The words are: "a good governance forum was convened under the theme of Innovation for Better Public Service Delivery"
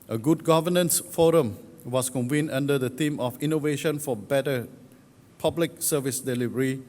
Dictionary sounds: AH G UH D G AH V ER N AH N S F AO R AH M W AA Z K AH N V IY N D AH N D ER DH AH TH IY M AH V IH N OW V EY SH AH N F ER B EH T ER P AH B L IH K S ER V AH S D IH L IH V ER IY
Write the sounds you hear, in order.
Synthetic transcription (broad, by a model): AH G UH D G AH V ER N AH N S F AO R AH M W AA S K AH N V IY N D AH N D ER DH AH T IY M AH F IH N OW V EY SH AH N F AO B EH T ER P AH B L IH K S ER V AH S D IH L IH V ER IY